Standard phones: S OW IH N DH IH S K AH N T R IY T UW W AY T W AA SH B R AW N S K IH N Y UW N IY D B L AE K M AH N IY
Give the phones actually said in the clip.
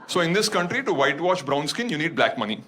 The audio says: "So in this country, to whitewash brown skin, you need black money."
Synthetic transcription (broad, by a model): S OW IH N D IH S K AH N T R IY T UW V AY T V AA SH B R AW N S K IH N Y UW N IY D B L AE K M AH N IY